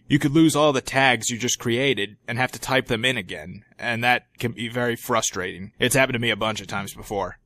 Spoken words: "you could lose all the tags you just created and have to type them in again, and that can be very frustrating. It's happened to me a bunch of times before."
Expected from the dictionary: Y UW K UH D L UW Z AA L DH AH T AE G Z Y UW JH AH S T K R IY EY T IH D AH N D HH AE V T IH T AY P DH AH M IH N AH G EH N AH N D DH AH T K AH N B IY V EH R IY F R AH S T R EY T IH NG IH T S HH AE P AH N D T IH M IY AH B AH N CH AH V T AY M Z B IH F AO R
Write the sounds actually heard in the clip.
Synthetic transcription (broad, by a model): Y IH K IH D L UW Z AA L DH AH T AE G Z Y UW JH AH S K R IY EY T IH D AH N HH AE F T IH T AY P DH AH M IH N AH G EH N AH N DH AH T K AH N B IY V EH R IY F R AH S T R EY T IH NG IH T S HH AE P N T IH M IY AH B AH N CH AH V T AY M Z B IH F AO R